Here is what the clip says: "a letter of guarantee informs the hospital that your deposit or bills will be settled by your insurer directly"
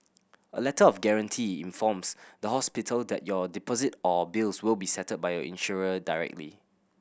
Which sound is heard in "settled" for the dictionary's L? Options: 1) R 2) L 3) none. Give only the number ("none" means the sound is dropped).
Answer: 3